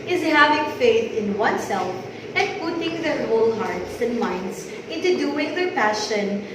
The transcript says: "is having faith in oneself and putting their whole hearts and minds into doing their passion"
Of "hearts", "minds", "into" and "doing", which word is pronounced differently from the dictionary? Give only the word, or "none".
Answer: minds